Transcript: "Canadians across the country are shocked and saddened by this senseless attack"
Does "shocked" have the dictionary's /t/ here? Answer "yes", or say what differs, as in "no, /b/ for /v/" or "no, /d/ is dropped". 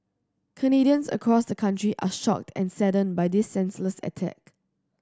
yes